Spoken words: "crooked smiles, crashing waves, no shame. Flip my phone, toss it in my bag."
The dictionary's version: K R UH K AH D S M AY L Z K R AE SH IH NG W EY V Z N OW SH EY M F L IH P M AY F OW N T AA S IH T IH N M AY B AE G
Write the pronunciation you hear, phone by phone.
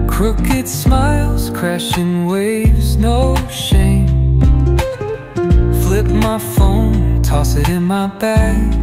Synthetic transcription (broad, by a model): K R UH K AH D S M AY L Z K R AE SH IH NG W EY V Z N OW SH EY M F L IH P M AY F OW N T AA S IH T IH N M AY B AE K